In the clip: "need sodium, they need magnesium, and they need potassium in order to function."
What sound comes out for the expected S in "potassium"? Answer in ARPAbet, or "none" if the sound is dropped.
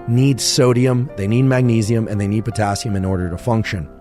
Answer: S